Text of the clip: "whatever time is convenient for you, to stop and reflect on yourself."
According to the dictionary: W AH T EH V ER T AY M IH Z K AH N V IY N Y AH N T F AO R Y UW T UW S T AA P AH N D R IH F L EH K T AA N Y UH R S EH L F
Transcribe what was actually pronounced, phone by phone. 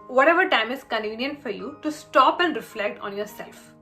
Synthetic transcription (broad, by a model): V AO T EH V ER T AY M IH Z K AH N V IY N Y AH N T F AO R Y UW T UW S T AA P AH N D R IH F L EH K T AA N Y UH R S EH L F